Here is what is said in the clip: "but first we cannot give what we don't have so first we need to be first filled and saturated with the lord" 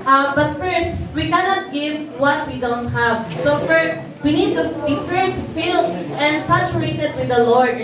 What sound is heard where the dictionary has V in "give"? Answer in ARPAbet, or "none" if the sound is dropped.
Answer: V